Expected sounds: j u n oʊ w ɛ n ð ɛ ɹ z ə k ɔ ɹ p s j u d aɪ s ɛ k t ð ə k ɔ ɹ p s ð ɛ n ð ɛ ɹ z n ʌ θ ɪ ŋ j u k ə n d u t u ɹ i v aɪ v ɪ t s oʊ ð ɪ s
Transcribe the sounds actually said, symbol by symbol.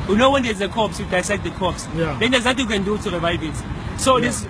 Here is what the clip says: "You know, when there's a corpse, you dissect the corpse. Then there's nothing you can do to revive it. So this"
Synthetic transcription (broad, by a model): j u n oʊ w ɛ n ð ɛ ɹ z ə k ɔ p s j u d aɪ s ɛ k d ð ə k ɔ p s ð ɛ n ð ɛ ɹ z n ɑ t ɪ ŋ j u k ə n d u t u ɹ i v aɪ v ɪ t s oʊ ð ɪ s